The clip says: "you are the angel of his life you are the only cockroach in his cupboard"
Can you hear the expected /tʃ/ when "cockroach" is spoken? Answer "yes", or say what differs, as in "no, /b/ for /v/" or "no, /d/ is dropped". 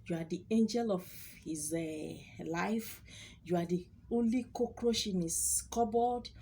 no, /ʃ/ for /tʃ/